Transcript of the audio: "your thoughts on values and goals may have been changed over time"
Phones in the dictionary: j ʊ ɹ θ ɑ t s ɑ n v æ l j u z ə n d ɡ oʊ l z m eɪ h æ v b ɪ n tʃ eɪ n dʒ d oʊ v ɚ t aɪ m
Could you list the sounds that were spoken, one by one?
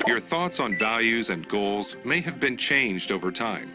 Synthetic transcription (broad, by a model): j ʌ ɹ θ ɑ t s n v æ l j u z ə n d ɡ oʊ l z m eɪ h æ v b ɪ n tʃ eɪ n dʒ d oʊ v ɚ t aɪ m